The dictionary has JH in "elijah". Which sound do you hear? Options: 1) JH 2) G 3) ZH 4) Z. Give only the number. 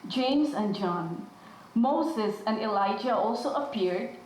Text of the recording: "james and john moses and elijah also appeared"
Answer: 1